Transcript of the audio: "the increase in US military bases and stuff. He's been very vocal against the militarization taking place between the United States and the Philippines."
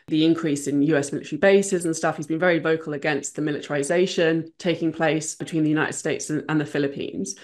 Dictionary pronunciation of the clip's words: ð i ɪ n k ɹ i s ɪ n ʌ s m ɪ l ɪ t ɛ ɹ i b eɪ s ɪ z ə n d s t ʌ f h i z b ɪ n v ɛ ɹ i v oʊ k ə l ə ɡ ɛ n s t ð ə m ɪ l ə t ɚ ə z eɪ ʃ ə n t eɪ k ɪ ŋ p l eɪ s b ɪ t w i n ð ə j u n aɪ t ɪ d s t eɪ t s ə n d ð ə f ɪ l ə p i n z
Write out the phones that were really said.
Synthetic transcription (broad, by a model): ð i ɪ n k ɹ i s ɪ n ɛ s m ɪ l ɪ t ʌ ɹ i b eɪ s ɪ z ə n s t ʌ f h i z b ɪ n v ɛ ɹ i v oʊ k ə l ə ɡ ɛ n s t ð ə m ɪ l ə t ɚ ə z eɪ ʃ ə n t eɪ k ɪ ŋ p l eɪ s b ɪ t w i n ð ə j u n aɪ t ɪ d s t eɪ t s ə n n ð ə f ɪ l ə p i n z